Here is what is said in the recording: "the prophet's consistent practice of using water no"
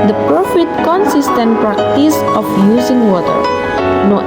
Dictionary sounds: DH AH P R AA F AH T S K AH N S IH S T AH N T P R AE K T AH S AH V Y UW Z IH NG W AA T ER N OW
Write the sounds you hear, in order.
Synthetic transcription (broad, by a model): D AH P R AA F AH T K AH N S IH S T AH N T P R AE K T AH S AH F Y UW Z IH NG W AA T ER N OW